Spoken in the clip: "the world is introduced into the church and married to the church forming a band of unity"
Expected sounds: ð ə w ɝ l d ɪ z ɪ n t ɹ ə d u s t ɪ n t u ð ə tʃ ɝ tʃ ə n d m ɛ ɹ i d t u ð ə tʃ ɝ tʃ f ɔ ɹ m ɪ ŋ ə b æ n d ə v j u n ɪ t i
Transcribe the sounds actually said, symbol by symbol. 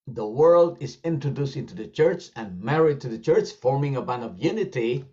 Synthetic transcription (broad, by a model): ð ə w ɝ l d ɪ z ɪ n t ɹ ə d u s t ɪ n t u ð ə tʃ ɝ tʃ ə n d m ɛ ɹ i d t u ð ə tʃ ɝ tʃ f ɔ ɹ m ɪ ŋ ə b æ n ə v j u n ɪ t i